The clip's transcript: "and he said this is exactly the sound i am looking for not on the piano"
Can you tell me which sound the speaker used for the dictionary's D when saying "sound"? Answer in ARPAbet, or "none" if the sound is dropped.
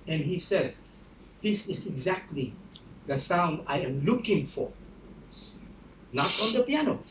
D